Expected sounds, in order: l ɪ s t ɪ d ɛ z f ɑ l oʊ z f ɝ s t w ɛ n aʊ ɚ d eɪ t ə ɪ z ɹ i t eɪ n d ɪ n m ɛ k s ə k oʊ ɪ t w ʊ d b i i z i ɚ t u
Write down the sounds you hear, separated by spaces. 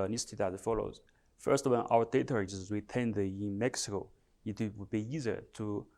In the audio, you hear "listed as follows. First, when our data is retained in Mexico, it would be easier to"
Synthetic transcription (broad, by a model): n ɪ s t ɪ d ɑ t f ɑ l oʊ z f ɝ s t w ɛ n aʊ ɚ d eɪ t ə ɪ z w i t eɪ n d ɪ n m ɛ k s ə k oʊ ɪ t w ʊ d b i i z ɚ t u